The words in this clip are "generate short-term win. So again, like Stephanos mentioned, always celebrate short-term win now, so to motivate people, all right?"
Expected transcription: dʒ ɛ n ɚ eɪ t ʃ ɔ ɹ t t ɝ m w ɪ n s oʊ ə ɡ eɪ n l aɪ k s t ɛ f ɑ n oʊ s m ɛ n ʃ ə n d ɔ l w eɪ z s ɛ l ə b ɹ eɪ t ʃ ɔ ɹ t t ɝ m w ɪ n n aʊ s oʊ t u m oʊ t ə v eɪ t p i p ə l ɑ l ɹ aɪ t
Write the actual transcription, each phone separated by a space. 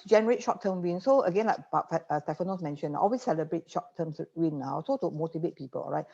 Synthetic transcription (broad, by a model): dʒ ɛ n ɚ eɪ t ʃ ɔ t t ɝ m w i n s oʊ ə ɡ eɪ n l aɪ k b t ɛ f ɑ n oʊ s m ɛ n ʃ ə n ɔ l w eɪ s ɛ l ə b ɹ eɪ t ʃ ɔ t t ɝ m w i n n aʊ s oʊ t u m oʊ t ə v eɪ t p i p ə l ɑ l ɹ aɪ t